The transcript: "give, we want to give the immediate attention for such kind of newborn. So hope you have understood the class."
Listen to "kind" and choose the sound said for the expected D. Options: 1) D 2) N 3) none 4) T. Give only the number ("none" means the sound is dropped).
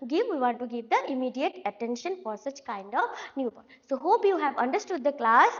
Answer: 1